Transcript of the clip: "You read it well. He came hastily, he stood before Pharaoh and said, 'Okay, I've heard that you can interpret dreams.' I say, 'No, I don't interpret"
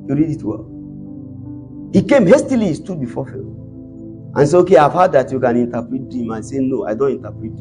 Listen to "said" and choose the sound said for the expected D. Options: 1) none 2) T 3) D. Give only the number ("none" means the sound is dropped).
1